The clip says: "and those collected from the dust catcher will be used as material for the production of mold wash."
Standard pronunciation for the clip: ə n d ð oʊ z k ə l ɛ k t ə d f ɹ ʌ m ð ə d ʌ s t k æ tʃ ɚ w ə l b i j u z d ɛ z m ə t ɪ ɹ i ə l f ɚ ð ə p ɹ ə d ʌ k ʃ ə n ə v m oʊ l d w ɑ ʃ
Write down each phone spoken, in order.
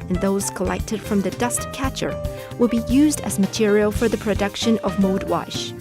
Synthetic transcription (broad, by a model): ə n ð oʊ z k ə l ɛ k t ə d f ɹ ʌ m ð ə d ʌ s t k æ tʃ ɚ w ə l b i j u z d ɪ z m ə t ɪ ɹ i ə l f ɚ ð ə p ɹ ə d ʌ k ʃ ə n ə v m oʊ d w ɑ ʃ